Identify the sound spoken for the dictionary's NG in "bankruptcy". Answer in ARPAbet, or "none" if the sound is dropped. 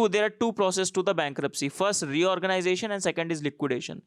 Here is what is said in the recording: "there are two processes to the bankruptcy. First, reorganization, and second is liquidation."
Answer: NG